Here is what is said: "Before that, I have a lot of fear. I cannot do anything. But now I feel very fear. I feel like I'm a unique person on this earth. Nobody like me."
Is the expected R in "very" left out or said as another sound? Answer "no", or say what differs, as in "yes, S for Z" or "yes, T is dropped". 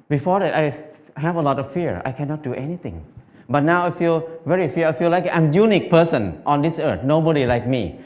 no